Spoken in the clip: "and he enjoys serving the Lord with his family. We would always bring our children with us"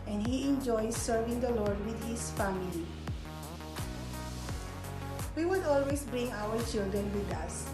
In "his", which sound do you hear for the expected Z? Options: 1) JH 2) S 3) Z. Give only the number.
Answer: 2